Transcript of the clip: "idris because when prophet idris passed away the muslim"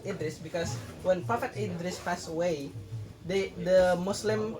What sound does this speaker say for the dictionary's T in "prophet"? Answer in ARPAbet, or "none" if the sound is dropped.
T